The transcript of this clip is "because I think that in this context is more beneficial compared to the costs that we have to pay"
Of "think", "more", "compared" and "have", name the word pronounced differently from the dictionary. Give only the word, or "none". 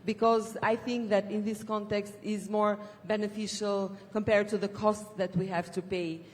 none